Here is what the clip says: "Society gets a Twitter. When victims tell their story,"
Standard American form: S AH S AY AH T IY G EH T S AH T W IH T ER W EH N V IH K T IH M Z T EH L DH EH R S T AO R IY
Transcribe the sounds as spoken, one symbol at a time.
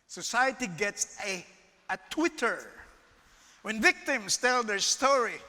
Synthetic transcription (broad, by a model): S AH S AY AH T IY G EH T S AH T W IH T ER W EH N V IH K T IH M S T EH L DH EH R S T AO R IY